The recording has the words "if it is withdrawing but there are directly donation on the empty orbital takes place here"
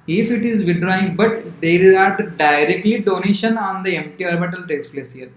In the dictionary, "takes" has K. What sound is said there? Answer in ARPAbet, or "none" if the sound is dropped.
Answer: none